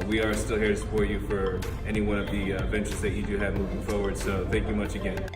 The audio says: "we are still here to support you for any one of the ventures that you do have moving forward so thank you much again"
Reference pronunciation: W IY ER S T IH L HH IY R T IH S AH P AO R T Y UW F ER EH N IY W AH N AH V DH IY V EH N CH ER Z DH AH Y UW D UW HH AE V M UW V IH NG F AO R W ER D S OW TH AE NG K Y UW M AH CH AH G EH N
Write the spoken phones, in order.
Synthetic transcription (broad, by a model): W IY ER S T IH L HH IY R T IH S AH P AO R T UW F ER EH N IY W AH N AH V DH IY V EH N CH ER Z DH AH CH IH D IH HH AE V M UW V IH NG F AO R W ER D S OW TH AE NG K Y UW M AH CH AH G EH N